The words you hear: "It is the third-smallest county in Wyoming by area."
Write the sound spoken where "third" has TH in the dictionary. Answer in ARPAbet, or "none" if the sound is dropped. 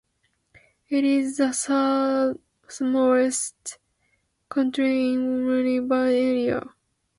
S